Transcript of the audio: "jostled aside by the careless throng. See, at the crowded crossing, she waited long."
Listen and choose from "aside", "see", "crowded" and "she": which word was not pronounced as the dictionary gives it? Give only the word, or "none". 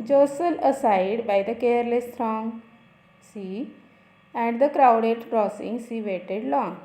she